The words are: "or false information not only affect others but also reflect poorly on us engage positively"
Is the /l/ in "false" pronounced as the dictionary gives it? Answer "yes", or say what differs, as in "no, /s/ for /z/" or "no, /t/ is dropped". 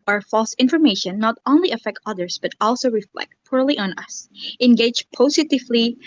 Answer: yes